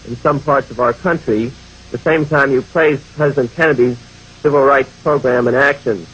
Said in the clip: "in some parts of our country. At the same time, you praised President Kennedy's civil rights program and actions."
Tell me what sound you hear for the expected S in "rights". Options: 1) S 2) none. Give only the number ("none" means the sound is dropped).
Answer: 1